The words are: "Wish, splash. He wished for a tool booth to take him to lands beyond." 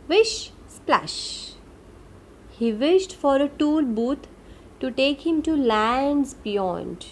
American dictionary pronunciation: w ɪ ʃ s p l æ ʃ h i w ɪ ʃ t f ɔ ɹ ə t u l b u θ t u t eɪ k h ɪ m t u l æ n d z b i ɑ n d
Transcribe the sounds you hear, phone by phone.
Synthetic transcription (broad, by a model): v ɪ ʃ s p l æ ʃ h i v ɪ ʃ t f ɔ ɹ ə t u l b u t t u t eɪ k h ɪ m t u l æ n d z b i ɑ n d